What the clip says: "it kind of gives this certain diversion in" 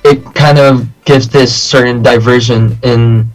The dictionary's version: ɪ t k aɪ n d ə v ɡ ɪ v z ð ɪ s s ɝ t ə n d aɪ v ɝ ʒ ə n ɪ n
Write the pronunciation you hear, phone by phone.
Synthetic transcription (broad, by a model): ɪ t k aɪ n d ə v ɡ ɪ v z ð ɪ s s ɝ t n d aɪ v ɝ ʒ ə n ɪ n